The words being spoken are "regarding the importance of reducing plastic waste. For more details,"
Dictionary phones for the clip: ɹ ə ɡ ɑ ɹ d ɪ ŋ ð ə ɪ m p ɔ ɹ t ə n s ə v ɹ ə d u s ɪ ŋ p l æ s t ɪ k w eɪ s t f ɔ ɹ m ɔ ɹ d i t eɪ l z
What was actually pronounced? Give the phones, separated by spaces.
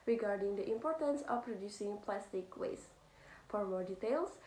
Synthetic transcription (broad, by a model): ɹ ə ɡ ɑ ɹ d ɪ ŋ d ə ɪ m p ɔ ɹ t ə n s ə p ɹ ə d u s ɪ ŋ p l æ s t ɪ k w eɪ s f ɔ ɹ m ɔ ɹ d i t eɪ l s